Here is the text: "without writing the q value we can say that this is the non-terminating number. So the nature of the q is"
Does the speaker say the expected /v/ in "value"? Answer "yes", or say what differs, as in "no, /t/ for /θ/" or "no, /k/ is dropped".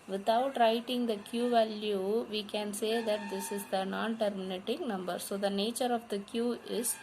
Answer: yes